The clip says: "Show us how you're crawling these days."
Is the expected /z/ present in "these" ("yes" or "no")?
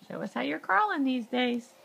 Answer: yes